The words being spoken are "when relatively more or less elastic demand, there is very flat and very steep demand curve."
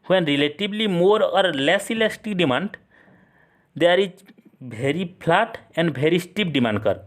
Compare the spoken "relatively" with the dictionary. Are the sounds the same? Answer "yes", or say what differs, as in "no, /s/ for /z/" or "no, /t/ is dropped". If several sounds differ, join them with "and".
no, /b/ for /v/